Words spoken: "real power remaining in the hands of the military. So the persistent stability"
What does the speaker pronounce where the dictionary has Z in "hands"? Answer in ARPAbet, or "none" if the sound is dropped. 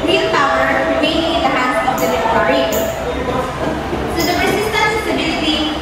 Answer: none